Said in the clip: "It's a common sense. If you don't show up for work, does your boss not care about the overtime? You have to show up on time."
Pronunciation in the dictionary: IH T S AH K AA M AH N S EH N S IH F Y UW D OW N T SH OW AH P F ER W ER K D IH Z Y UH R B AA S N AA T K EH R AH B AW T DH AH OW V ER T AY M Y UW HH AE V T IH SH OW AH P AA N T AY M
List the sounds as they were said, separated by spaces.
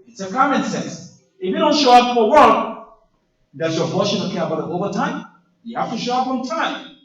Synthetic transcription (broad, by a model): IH T S AH K AA M AH N S EH N S IH F Y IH D OW N T SH OW AH P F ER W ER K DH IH S Y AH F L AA SH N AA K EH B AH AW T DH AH OW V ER T AY M Y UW HH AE F T IH SH OW AH P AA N T AY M